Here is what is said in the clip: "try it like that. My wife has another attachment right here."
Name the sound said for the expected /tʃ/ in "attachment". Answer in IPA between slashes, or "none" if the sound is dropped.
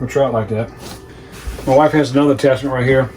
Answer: /s/